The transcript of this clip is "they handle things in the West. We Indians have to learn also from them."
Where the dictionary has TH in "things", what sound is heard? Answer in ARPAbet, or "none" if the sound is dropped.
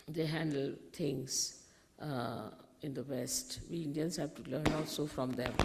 T